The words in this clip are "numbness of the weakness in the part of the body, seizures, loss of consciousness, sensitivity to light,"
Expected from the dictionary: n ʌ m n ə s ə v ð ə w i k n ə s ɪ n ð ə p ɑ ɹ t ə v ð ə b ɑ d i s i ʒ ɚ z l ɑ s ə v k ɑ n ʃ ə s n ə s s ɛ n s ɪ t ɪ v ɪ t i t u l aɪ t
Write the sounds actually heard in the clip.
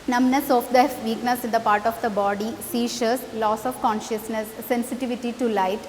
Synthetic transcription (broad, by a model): n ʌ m n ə s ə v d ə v i k n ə s ɪ n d ə p ɑ ɹ t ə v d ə b ɑ d i s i ʃ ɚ s l ɑ s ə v k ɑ n ʃ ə s n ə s s ɛ n s ɪ t ɪ v ɪ t i t u l aɪ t